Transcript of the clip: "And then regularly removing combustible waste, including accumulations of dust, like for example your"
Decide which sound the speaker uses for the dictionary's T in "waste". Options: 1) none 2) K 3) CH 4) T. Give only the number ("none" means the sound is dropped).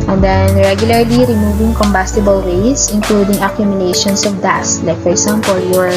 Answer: 1